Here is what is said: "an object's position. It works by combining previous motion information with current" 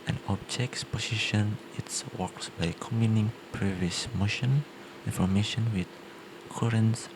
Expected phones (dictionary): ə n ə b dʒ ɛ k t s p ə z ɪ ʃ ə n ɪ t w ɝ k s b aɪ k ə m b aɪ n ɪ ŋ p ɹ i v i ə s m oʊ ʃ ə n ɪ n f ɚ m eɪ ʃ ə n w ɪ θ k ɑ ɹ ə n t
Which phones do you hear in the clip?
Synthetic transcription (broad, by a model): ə n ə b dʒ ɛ k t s p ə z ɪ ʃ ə n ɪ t w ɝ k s b aɪ k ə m i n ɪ ŋ p ɹ i v i ə s m oʊ ʃ ə n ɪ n f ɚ m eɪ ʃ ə n w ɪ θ k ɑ ɹ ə n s